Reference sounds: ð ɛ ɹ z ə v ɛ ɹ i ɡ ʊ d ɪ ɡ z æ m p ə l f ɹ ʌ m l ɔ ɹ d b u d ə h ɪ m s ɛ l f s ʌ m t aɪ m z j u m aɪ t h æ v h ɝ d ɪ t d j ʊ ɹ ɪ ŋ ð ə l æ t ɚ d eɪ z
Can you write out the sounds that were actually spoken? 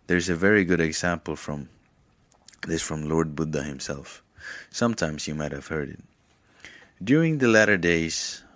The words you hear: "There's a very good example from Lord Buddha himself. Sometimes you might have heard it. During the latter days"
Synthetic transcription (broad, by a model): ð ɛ ɹ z ə v ɛ ɹ i ɡ ʊ d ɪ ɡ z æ m p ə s f ɹ ʌ m l ɔ ɹ d b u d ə h ɪ m s ɛ l f s ʌ m t aɪ m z j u m aɪ t h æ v h ɝ d ɪ t d j ʊ ɹ ɪ ŋ ð ə l æ t ɚ d eɪ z